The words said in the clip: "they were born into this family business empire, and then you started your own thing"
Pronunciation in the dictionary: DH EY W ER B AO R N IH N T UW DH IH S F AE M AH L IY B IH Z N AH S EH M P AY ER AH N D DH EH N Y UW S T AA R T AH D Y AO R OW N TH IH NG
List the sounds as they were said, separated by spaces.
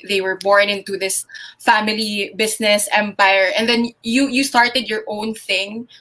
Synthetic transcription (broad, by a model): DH EY W ER B AO R N IH N T UW DH IH S F AE M AH L IY B IH S N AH S EH M P AY ER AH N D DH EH N Y UW S T AA R T AH D Y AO R OW N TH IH NG